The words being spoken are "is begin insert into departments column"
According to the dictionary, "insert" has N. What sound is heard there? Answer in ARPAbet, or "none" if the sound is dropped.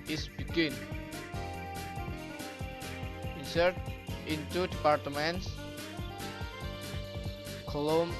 none